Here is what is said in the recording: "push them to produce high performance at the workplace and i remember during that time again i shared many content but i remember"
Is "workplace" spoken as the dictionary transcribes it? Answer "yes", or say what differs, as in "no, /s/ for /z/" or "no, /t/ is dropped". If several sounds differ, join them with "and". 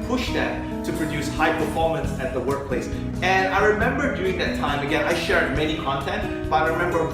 yes